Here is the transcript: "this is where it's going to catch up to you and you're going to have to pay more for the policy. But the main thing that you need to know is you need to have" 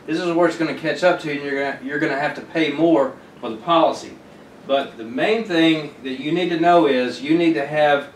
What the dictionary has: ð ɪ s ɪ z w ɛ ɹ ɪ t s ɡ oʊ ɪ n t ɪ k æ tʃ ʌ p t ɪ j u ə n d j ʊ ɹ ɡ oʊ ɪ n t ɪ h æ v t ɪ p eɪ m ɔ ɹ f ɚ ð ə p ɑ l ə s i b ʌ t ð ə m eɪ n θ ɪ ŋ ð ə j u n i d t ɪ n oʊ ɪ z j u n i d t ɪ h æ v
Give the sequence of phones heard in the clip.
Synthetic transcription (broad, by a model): ð ɪ s ɪ z w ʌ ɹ ɪ t s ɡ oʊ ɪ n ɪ k æ tʃ ʌ p t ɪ j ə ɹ j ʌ ɹ ɡ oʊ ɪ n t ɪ h æ f t ɪ p eɪ m ɔ ɹ f ɚ ð ə p ɑ l ə s i b ʌ t ð ə m eɪ n θ ɪ ŋ ð ə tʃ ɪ n i d t ɪ n oʊ ɪ z j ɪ n i d t ɪ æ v